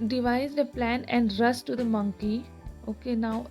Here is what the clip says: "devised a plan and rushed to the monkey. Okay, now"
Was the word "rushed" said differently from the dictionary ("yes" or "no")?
yes